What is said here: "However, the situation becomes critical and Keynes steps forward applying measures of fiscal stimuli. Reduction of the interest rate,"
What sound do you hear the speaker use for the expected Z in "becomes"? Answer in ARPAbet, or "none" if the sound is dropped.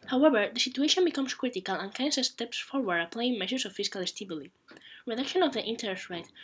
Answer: S